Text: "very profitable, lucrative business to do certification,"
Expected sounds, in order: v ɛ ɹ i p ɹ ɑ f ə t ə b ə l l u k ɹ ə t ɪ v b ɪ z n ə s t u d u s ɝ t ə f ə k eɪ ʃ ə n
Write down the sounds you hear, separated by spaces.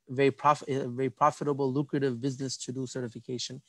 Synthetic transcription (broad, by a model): v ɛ ɹ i p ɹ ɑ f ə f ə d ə l l u k ɹ ə t ɪ v b ɪ z n ə s t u d u s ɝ t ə f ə k eɪ ʃ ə n